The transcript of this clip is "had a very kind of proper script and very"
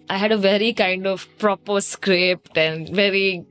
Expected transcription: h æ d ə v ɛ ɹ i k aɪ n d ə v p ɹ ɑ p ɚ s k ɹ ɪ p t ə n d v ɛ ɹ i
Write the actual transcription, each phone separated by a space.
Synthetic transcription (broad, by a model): h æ d ə v ɛ ɹ i k aɪ n d ə v p ɹ ɑ p ɚ s k ɹ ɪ p t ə n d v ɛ ɹ i